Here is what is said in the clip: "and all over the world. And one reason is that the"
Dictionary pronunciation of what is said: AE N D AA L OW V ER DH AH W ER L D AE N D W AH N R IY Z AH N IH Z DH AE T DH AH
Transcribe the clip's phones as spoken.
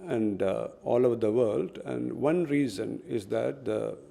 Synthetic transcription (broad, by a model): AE N D AA L OW V ER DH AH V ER L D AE N D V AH N R IY Z AH N IH Z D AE T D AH